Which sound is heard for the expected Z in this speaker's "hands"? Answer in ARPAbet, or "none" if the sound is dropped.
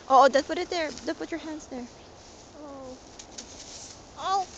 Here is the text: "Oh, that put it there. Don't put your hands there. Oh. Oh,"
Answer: S